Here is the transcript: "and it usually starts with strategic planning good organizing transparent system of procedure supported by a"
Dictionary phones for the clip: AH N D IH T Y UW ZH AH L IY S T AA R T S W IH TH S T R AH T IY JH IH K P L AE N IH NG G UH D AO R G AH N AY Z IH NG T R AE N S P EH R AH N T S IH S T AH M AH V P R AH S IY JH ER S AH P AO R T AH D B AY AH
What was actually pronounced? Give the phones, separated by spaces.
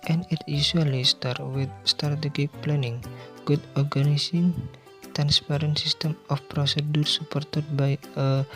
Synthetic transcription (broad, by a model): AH N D IH T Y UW S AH L IY S T AA R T W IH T S T AH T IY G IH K P L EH N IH NG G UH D AO R G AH N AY S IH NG T R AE N S P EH R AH N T S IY S T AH M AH F P R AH S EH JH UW S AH P AO R T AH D B AY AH